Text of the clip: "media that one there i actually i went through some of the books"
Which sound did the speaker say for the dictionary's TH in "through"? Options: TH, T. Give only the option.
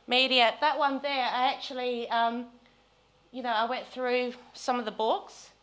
TH